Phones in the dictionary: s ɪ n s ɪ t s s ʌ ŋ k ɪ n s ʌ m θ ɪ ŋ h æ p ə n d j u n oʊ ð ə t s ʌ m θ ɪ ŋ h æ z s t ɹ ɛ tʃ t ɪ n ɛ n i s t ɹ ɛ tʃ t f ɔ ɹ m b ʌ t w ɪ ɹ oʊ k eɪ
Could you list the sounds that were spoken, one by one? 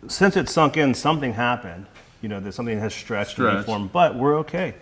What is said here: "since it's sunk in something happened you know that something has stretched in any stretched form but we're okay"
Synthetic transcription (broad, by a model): s ɪ n s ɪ t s s ʌ ŋ k ɪ n s ʌ m θ ɪ ŋ h æ p ə n d j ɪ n oʊ ð ə t s ʌ m θ ɪ ŋ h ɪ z s t ɹ ɛ tʃ t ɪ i f ɔ ɹ m b ʌ t w ɪ ɹ oʊ k eɪ